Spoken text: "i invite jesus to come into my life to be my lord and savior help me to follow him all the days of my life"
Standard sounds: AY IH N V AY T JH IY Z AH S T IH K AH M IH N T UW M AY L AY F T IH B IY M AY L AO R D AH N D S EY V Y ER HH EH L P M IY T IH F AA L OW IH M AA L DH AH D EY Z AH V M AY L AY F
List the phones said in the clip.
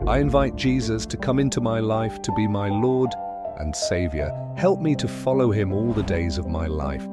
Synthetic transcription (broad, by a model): AY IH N V AY T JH IY Z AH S T IH K AH M IH N T UW M AY L AY F T IH B IY M AY L AO R D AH N S EY V Y ER HH EH L P M IY T IH F AA L OW IH M AA L DH AH D EY Z AH V M AY L AY F